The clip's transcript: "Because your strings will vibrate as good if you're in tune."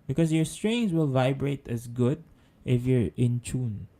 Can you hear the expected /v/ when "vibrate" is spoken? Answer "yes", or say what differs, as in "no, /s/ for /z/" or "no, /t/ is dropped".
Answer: yes